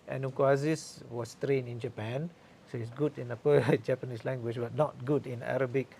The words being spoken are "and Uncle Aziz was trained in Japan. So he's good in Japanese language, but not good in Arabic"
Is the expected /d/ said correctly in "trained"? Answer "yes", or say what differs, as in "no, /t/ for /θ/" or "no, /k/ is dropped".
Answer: no, /d/ is dropped